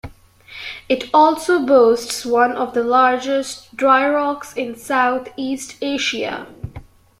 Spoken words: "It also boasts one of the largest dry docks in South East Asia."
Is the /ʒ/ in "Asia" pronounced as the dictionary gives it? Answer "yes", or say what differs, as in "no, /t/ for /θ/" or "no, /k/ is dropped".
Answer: no, /ʃ/ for /ʒ/